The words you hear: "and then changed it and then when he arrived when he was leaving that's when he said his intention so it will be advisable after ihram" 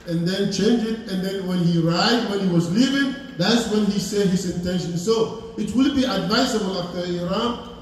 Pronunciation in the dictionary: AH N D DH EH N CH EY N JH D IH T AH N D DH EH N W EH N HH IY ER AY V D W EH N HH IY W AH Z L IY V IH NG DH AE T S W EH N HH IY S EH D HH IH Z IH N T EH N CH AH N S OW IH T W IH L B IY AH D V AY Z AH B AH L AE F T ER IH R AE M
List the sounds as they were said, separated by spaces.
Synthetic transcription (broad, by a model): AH N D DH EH N CH EY N JH IH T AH N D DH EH N W EH N HH IY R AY D W EH N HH IY W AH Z L IY V IH NG DH AE T S W EH N HH IY S EH D HH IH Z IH N T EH N SH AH N S OW IH T W IH L B IY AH D V AY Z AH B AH L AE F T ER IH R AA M